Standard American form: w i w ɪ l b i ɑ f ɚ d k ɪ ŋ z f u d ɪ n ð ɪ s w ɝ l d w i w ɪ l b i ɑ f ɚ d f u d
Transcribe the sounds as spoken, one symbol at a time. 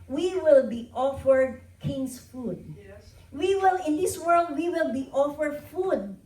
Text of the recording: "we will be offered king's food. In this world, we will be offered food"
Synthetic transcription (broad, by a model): w i w ɪ l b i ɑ f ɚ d k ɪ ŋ s f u d ɪ n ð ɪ s w ɝ l d w i w ɪ l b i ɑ f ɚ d f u d